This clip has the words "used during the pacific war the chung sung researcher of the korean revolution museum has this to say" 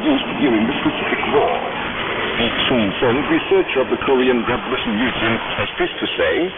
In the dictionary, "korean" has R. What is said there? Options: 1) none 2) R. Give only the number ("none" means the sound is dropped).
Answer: 2